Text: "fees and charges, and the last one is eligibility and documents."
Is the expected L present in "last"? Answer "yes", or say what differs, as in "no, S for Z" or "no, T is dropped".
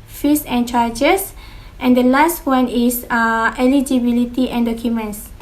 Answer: yes